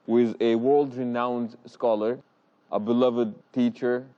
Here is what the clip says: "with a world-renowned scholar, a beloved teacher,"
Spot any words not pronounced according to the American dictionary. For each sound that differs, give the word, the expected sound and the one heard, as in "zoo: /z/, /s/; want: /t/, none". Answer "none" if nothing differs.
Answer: none